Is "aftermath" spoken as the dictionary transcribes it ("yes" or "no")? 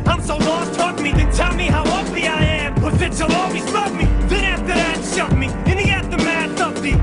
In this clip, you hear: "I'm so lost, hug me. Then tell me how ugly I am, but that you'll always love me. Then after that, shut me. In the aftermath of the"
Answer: no